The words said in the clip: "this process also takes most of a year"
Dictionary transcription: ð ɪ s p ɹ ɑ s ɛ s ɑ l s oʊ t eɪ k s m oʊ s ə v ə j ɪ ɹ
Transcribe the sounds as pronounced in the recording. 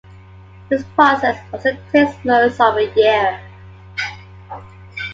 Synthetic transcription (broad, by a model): ð ɪ s p ɹ ɑ s ɛ s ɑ s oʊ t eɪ s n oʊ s ə v ə j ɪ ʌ